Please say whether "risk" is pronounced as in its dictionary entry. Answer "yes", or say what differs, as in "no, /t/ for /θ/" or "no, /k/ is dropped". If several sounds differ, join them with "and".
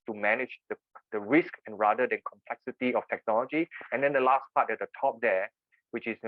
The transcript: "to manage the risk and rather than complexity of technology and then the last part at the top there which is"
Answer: yes